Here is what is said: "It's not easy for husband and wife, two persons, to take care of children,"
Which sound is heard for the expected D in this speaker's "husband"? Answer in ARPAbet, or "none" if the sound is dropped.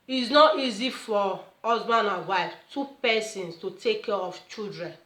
none